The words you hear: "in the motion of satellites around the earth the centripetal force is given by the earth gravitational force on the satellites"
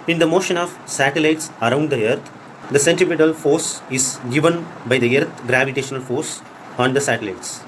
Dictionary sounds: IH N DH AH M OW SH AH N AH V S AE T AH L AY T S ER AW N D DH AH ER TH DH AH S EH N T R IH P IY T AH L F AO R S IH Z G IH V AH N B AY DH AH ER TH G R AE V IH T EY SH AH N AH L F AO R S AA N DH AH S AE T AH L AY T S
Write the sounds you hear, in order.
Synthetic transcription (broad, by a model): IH N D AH M OW SH AH N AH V S AE T AH L AY T S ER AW N D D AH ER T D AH S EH N T IH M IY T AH L F AO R S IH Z G IH V AH N B AY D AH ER T G R AE V IH T EY SH AH N AH L F AO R S AA N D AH S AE T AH L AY T S